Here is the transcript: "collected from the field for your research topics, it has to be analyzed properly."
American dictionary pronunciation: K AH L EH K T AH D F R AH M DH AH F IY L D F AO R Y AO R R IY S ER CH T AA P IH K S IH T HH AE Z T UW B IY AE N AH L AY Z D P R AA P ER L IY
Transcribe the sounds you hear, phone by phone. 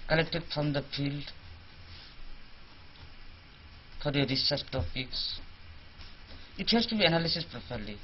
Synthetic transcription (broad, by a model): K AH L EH K T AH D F R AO M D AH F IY L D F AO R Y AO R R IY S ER S T AA P IH K S IH T HH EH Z T UW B IY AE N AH L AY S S P R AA P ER L IY